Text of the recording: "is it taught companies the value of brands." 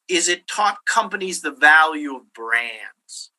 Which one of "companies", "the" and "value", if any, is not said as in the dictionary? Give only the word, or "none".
none